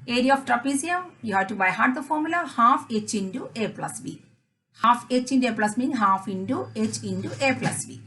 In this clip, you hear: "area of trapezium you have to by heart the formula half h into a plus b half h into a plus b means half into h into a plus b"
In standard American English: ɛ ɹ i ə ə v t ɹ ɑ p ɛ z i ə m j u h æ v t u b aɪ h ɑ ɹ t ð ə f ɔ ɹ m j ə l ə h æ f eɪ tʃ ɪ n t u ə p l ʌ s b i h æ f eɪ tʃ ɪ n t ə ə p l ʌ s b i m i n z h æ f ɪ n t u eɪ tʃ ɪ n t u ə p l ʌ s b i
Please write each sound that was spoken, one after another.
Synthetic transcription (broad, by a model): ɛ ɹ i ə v t ɹ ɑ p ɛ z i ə m j u h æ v t u b aɪ h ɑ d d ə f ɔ ɹ m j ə l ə h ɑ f eɪ tʃ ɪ n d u ə p l ʌ s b i h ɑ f eɪ tʃ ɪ n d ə p l ʌ s m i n h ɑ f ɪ n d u eɪ tʃ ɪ n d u ə p l ʌ s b i